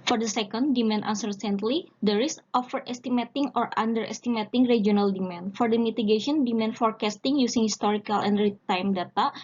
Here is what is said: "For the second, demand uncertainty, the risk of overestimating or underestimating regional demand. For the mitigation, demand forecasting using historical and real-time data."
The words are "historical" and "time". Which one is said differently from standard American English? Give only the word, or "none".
none